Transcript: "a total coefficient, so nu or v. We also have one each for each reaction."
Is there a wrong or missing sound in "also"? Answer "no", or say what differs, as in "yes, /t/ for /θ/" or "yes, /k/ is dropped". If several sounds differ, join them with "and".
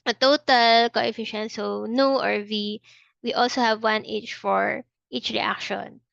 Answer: no